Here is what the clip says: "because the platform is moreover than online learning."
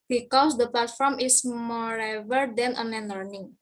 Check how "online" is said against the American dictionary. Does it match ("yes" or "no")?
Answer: no